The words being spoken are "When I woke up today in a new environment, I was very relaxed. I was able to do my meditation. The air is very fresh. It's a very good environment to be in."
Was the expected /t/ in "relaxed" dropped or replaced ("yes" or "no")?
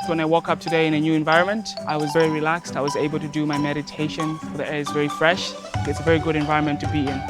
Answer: no